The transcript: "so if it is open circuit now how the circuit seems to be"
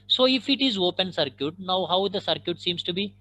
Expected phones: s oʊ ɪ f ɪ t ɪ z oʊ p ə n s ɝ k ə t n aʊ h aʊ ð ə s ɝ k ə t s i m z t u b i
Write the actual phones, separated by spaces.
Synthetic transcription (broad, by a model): s oʊ ɪ f ɪ t ɪ z oʊ p ə n s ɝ k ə t n aʊ h aʊ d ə s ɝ k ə t s i m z t u b i